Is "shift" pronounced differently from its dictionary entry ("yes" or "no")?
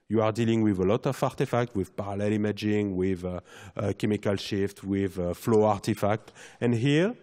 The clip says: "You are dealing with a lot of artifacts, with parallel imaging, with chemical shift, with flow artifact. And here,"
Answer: no